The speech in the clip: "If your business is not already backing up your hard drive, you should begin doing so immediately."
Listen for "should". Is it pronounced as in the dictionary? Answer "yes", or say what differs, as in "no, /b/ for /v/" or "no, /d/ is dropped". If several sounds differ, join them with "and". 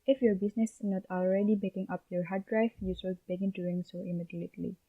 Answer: no, /s/ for /ʃ/